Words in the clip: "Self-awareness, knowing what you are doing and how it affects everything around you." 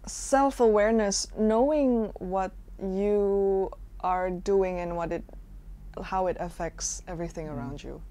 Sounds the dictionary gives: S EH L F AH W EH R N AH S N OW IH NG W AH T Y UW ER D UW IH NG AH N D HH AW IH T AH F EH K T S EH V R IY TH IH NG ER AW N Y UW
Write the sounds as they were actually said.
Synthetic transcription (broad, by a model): S EH L F AH W EH R N AH S N OW IH NG W AH T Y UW ER D UW IH NG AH N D HH AW IH T AH F EH K T S EH V R IY TH IH NG ER AW N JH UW